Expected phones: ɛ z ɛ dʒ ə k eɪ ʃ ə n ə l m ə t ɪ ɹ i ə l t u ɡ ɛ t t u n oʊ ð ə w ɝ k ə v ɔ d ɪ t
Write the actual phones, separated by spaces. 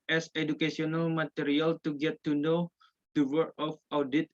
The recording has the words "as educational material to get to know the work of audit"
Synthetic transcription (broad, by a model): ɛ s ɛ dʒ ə k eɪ s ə n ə l m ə t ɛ ɹ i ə l t u ɡ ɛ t t u n oʊ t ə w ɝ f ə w d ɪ t